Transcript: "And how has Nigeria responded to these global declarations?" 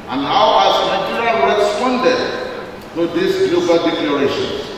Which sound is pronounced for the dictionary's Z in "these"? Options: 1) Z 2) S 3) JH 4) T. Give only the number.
2